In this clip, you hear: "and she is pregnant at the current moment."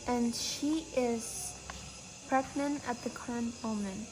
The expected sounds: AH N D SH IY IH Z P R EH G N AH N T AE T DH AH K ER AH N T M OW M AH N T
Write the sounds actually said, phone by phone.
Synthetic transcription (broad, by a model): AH N SH IY IH Z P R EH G N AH N AE T DH AH K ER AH N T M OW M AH N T